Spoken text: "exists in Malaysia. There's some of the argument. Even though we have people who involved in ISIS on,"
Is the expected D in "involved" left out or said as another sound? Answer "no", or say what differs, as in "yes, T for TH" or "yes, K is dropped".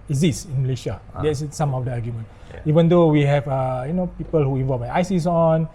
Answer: yes, D is dropped